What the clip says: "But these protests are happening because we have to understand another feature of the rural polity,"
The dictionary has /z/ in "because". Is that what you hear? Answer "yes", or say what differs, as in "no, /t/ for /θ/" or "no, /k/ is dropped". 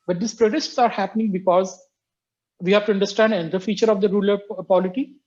yes